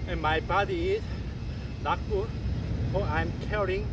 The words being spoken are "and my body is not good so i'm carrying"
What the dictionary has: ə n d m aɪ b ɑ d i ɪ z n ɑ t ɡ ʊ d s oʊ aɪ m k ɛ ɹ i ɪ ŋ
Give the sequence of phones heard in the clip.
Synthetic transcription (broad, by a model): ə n m aɪ b ɑ d i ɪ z l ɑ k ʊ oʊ aɪ m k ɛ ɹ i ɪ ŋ